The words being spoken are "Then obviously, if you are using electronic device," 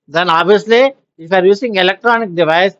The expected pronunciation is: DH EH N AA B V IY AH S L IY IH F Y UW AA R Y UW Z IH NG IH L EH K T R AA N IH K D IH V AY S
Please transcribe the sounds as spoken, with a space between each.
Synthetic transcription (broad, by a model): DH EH N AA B IY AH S L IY IH F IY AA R Y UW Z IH NG IH L EH K T R AA N IH K D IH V AY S